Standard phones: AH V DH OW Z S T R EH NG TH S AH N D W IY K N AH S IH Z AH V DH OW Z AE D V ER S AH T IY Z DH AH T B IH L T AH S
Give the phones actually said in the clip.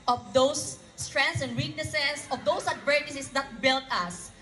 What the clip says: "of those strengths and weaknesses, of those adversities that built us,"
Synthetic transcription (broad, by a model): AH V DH OW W S T R EH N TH S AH N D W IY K N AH S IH S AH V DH OW S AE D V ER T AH S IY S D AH T B IH L T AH S